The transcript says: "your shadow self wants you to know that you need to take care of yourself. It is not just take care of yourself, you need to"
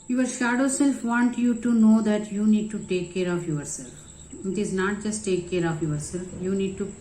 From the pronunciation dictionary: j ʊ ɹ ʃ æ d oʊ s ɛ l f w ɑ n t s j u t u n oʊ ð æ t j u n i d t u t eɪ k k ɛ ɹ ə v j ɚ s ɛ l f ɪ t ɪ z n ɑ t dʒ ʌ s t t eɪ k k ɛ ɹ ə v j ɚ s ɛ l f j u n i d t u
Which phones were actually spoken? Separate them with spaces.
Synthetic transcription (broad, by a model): j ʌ ɹ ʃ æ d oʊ s ɛ l f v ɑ n t j u t u n oʊ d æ t j u n i d t u t eɪ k k ɛ ɹ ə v j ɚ s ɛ l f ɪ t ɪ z n ɑ t dʒ ʌ s t t eɪ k k ɛ ɹ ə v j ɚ s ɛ l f j u n i d t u